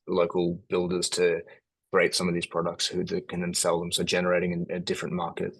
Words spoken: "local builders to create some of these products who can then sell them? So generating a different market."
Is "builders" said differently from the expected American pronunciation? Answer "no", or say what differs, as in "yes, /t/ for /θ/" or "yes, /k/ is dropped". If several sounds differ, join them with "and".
no